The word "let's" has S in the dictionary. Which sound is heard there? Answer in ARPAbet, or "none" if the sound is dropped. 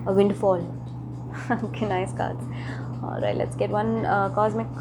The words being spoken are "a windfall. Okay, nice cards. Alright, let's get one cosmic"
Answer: S